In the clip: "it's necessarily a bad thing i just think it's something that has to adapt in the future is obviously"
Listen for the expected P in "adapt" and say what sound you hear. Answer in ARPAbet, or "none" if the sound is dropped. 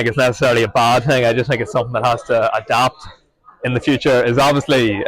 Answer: P